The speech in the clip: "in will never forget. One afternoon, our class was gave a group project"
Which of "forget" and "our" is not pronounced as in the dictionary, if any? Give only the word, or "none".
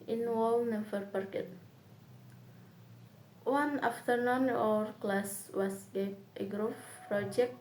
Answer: forget